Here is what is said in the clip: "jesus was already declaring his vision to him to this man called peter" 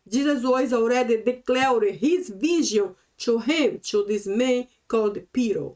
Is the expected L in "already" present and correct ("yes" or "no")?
no